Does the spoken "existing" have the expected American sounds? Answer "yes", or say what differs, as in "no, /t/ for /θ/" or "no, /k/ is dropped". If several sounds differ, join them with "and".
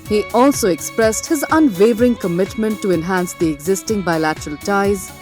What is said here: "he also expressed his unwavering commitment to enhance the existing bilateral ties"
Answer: yes